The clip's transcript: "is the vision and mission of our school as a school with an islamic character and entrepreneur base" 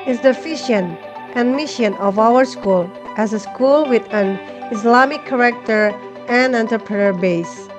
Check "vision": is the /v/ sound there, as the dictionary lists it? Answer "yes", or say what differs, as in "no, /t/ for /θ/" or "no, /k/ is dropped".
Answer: no, /f/ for /v/